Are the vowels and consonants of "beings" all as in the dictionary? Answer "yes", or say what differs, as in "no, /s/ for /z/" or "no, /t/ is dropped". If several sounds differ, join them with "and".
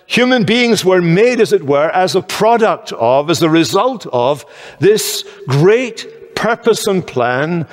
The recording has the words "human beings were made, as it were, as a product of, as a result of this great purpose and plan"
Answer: yes